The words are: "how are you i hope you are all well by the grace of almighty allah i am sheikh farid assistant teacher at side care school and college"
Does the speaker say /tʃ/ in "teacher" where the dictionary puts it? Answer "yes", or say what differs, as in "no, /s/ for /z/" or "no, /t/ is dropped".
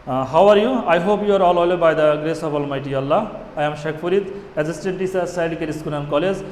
no, /s/ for /tʃ/